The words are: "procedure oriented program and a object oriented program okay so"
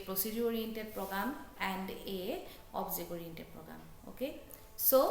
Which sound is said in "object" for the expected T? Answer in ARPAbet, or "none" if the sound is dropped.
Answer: none